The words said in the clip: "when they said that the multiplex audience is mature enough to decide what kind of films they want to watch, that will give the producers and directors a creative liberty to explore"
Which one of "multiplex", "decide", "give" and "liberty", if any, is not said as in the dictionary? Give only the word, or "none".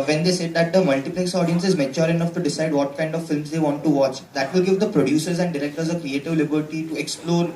none